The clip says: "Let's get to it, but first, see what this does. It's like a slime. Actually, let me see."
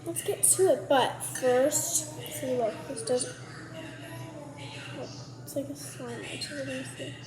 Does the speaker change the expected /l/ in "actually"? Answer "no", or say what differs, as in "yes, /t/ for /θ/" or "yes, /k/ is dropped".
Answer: yes, /l/ is dropped